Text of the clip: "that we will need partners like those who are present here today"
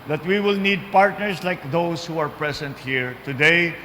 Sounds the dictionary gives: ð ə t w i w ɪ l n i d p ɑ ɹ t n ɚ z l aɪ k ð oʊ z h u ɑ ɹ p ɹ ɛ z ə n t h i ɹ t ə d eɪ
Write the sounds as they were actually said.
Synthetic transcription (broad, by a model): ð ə t w i w ɪ l n i d p ɑ ɹ t n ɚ s l aɪ k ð oʊ s h u ɑ ɹ p ɹ ɛ s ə n t h i ɹ t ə d eɪ